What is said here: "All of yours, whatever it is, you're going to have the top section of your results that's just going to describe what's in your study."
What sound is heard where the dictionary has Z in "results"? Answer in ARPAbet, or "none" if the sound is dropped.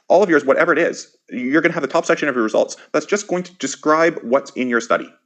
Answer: Z